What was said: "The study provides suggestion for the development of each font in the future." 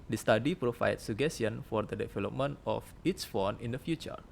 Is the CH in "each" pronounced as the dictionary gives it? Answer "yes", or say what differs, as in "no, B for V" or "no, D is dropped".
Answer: no, S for CH